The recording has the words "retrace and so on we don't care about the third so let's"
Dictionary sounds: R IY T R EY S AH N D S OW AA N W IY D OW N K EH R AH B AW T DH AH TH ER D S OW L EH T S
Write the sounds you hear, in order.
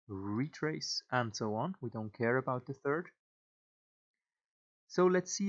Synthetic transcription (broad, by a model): R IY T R EY S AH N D S OW AA N W IY D OW N K EH R AH B AW T DH AH TH ER D S OW L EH T S